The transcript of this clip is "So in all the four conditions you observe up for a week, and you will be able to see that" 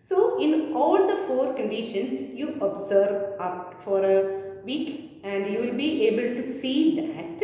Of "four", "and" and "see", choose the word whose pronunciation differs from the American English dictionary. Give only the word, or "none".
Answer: none